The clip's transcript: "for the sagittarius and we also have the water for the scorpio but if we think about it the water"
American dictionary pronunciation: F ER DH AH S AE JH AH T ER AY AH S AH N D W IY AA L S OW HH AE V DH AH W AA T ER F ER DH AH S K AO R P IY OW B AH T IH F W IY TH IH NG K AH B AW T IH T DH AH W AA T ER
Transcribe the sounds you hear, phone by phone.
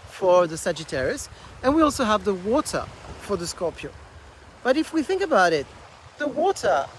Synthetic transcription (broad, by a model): F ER DH AH S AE JH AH T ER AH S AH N W IY AA L S OW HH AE V DH AH W AA T ER F ER DH AH S K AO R P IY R B AH T IH F W IY TH IH NG K AH B AW T IH T DH AH W AA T ER